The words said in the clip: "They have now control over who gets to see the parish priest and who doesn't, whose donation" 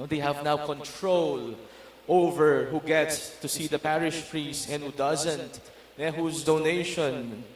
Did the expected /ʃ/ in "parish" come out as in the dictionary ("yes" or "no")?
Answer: yes